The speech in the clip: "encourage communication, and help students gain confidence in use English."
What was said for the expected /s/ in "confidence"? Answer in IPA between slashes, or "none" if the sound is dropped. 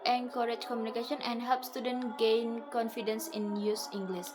/s/